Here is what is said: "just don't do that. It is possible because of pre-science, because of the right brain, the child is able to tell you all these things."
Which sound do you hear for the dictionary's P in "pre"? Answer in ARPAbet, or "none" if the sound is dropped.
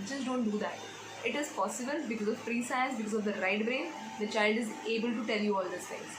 F